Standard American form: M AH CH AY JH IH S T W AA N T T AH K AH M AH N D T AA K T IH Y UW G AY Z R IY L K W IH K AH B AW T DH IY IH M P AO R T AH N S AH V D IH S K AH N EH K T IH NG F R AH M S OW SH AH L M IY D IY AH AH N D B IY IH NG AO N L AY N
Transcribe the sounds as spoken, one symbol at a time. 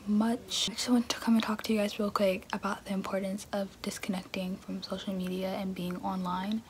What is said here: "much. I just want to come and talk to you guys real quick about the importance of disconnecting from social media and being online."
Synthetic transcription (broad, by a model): M AH CH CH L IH W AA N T T AH K AH M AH N T AA K T IH Y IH G AY Z R IY L K W IH K AH B AW T DH IY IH M P AO R T N S AH V D IH S K AH N EH K T IH NG F R AH M S OW SH L M IY D IY AH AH N B IY IH NG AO N L AY N